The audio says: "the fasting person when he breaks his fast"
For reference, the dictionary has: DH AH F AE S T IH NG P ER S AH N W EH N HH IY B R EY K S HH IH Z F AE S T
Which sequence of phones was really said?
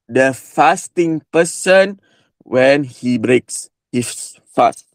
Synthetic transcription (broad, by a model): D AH F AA S T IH NG P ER S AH N W EH N HH IY B R EY K S HH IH S F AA S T